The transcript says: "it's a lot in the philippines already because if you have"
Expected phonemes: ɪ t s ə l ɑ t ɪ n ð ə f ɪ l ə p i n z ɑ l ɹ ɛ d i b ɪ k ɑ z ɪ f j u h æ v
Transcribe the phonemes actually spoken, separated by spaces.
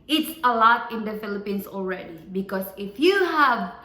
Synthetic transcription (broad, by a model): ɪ t s ə l ɑ t ɪ n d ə f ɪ l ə p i n s ɑ l ɹ ɛ d i b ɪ k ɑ s ɪ f j u h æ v